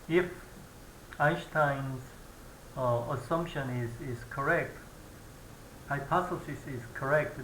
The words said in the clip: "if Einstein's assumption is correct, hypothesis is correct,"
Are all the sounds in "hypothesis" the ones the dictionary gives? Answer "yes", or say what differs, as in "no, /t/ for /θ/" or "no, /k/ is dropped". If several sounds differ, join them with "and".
no, /s/ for /θ/